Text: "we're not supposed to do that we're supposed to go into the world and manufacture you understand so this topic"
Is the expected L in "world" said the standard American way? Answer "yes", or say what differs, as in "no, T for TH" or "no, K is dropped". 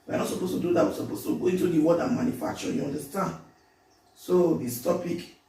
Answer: no, L is dropped